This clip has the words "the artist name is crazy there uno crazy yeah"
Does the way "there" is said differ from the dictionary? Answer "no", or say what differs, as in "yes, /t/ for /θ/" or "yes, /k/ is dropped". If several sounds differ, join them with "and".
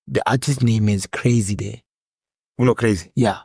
yes, /w/ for /ɹ/